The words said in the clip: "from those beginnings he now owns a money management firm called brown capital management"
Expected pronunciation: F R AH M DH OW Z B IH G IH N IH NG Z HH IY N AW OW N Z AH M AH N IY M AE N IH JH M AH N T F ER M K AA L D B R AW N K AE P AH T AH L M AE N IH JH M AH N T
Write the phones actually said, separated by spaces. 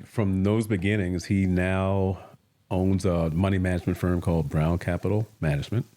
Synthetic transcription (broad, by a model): F R AH M DH OW Z B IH G IH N IH NG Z HH IY N AW OW N Z AH M AH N IY M AE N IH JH M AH N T F ER M K AA L D B R AW N K AE P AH T L M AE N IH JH M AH N T